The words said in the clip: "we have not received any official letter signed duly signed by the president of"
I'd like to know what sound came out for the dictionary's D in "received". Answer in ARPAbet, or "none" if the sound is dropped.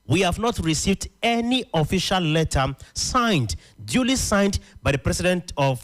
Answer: D